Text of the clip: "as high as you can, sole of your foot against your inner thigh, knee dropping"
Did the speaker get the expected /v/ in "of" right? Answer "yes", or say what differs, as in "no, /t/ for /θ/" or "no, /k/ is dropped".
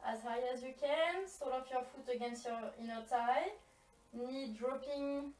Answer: no, /p/ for /v/